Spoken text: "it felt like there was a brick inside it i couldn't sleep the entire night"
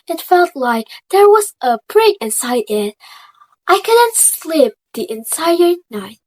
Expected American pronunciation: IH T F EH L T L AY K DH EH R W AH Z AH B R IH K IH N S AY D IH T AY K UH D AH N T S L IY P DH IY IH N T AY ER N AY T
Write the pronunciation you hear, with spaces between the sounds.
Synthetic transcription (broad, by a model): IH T F EH L T L AY K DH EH R W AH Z AH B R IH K IH N S AY D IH T AY K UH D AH N T S L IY P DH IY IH N S AY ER N AY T